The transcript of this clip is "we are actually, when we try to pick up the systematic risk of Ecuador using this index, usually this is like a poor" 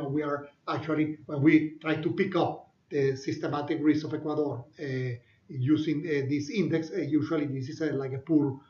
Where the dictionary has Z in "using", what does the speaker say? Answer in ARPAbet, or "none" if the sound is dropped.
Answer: S